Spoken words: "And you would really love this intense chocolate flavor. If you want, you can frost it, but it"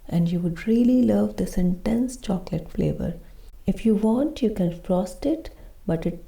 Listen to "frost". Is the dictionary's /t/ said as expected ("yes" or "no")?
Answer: yes